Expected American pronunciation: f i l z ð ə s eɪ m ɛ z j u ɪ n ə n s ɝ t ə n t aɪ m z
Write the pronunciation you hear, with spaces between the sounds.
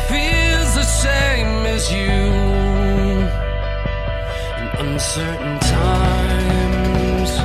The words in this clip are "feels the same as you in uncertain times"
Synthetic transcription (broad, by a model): f i l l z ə ʃ eɪ m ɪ z j u ɪ n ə n s ɝ t n t aɪ m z